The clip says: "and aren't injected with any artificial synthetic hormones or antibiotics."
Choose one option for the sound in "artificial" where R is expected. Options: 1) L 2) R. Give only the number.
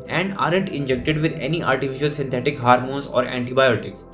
1